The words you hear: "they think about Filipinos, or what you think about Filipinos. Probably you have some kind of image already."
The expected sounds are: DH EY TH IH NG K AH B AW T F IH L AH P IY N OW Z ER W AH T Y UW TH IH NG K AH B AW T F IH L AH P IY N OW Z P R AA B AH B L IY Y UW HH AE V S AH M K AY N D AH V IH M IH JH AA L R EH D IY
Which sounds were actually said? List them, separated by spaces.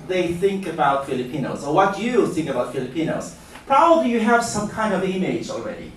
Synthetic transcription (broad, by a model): DH EY TH IH NG K AH B AW T F IH L AH P IY N OW Z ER W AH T Y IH TH IH NG K AH B AW T F IH L AH P IY N OW Z P R AA B AH B L IY Y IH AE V S AH M K AY N D AH V IH M IH JH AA L R EH D IY